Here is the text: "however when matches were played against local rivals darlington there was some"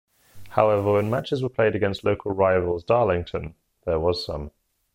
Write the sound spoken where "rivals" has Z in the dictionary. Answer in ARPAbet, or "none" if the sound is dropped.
Z